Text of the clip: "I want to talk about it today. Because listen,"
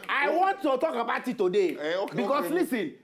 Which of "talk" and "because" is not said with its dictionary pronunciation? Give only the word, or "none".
because